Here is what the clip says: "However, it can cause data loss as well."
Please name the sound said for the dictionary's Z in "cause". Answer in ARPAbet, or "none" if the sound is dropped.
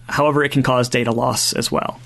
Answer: Z